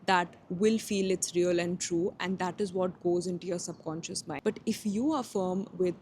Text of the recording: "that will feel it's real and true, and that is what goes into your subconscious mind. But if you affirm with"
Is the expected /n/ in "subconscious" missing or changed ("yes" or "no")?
no